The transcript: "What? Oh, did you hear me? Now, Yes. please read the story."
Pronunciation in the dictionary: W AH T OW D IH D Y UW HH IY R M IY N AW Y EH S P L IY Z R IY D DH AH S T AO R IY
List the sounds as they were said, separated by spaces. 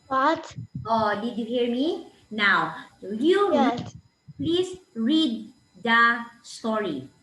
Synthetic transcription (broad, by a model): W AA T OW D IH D Y UW HH IY R M IY N AW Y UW P L IY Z R IY D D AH S T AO R IY